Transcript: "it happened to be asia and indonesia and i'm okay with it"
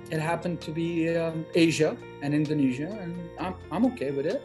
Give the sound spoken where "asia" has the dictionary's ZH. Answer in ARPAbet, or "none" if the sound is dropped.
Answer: ZH